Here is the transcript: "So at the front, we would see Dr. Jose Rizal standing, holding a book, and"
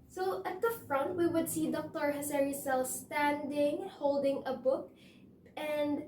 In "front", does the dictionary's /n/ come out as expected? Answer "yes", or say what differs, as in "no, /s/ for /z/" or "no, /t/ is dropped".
yes